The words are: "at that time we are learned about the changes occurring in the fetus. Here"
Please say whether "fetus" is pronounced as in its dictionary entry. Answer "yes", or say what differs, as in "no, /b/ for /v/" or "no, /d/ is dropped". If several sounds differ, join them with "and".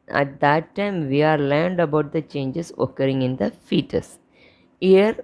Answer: yes